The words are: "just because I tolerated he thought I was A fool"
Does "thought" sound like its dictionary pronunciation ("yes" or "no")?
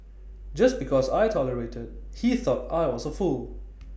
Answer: yes